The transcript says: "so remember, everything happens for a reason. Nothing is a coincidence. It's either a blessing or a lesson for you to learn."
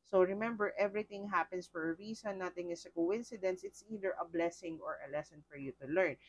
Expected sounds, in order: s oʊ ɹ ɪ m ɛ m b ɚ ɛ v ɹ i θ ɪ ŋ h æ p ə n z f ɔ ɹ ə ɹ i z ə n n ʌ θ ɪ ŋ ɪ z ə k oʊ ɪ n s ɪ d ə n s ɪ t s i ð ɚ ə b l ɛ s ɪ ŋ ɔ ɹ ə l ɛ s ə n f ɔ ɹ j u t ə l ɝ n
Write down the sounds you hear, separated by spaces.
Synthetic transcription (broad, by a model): s oʊ ɹ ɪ m ɛ m b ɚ ɛ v ɹ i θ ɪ ŋ h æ p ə n s f ɔ ɹ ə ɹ i s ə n n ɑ t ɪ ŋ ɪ s ə k oʊ ɪ n s ɪ d ə n s ɪ t s i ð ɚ ə b l ɛ s ɪ ŋ ɔ ɹ ə l ɛ s ə n f ɔ ɹ j u t ə l ɝ n